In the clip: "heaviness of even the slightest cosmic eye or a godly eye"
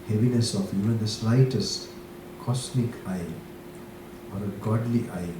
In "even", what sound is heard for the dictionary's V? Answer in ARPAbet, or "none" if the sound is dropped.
none